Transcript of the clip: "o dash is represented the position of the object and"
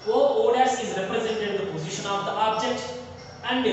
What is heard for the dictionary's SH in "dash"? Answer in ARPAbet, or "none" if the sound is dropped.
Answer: S